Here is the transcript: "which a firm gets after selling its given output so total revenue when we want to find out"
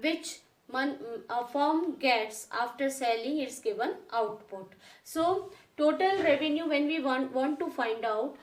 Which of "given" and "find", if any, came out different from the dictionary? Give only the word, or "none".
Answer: none